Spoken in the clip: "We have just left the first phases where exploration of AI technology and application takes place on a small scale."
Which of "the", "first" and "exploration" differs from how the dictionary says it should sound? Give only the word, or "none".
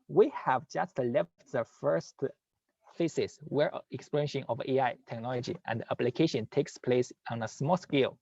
exploration